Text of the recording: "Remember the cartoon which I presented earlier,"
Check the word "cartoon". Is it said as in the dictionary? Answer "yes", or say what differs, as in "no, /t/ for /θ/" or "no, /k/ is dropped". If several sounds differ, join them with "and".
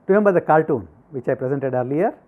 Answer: no, /l/ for /ɹ/